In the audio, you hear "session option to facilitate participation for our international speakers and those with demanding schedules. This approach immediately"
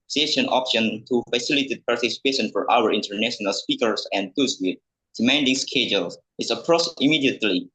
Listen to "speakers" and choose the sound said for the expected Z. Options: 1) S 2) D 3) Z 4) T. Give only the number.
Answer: 1